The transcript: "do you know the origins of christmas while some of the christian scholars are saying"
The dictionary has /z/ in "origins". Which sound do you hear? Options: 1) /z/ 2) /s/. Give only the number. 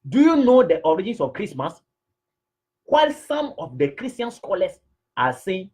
2